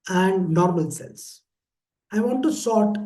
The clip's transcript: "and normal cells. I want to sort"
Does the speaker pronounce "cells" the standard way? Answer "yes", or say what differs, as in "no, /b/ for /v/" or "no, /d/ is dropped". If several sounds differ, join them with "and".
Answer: no, /s/ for /z/